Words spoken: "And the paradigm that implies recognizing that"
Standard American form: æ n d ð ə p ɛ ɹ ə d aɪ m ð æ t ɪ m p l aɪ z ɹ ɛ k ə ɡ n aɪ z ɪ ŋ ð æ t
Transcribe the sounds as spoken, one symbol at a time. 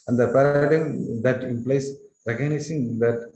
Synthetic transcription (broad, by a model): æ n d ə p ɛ ɹ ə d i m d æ t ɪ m p l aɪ s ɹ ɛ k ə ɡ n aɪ s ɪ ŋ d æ t